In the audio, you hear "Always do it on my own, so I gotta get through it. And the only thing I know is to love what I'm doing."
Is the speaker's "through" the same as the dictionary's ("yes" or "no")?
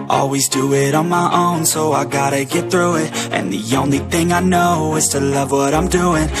yes